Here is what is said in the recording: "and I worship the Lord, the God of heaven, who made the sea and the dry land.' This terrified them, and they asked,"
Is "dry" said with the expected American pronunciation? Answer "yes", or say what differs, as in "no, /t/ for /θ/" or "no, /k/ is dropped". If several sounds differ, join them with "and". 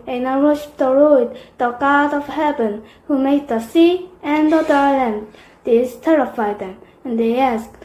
no, /ɹ/ is dropped